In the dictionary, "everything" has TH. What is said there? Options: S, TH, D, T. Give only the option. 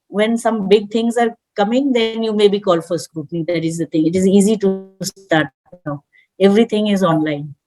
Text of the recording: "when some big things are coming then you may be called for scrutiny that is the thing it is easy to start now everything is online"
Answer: T